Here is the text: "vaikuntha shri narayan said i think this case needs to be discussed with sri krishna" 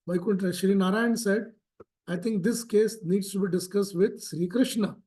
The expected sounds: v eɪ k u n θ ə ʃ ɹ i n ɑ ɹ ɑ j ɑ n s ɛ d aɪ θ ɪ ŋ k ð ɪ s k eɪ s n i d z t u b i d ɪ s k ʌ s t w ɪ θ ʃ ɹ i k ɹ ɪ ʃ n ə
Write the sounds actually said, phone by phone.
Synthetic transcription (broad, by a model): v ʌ k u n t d ʃ ɹ i n ɑ ɹ ɑ j ɑ n s ɛ d aɪ t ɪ ŋ k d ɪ s k eɪ s n i d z t u b i d ɪ s k ʌ s t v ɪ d ʃ ɹ i k ɹ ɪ ʃ n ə